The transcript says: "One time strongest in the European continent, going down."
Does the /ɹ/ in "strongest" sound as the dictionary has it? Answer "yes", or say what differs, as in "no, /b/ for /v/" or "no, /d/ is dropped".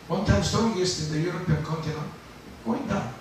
no, /ɹ/ is dropped